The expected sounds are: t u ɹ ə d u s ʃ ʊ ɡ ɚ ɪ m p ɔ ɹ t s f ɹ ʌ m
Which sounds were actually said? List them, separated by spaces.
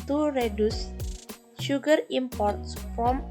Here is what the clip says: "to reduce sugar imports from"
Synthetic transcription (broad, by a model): t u ɹ ə d u s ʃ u ɡ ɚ ɪ m p ɔ ɹ t s f ɹ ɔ m